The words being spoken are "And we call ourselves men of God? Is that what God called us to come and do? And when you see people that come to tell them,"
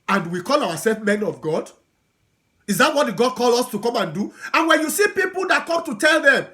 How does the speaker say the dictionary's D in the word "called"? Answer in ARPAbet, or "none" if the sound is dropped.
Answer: none